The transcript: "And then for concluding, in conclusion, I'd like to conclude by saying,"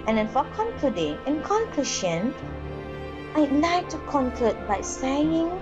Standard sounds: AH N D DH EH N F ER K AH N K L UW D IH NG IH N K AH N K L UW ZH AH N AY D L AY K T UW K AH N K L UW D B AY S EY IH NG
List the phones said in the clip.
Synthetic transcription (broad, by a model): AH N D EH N F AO K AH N K L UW D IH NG IH N K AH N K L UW SH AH N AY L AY T UW K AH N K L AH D B AY S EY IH NG